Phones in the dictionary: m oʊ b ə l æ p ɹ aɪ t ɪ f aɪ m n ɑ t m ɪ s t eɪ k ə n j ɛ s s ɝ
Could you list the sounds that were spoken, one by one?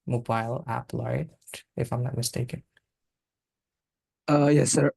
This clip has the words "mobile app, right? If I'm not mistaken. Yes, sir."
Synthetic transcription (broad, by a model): m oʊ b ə l æ p l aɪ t ɪ f aɪ m n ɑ t m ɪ s t eɪ k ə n j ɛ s s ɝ